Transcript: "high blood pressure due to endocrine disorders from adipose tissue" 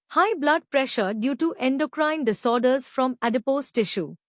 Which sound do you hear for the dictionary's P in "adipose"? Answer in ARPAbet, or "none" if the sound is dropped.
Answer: P